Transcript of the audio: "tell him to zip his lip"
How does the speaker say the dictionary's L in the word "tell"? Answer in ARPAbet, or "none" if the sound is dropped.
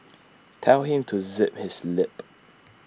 W